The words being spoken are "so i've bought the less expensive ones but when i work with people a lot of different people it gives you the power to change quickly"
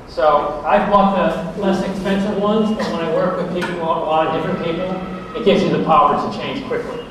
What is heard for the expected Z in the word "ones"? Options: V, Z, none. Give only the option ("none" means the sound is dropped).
Z